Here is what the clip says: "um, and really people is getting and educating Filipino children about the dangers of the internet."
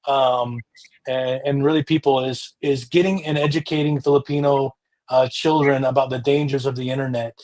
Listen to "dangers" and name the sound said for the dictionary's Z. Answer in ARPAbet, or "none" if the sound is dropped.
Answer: Z